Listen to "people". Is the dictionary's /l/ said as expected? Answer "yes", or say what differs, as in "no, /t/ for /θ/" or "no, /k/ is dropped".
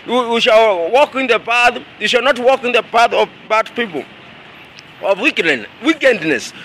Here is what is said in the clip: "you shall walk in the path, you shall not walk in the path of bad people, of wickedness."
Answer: no, /w/ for /l/